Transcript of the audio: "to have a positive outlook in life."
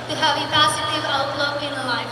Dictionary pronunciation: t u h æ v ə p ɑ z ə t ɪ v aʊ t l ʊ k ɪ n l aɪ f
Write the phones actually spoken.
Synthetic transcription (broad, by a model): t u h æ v ə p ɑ s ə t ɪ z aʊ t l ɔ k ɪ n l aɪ